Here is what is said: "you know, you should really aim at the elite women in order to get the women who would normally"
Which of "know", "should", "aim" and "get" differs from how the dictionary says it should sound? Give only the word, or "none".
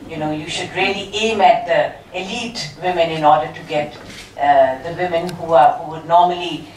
none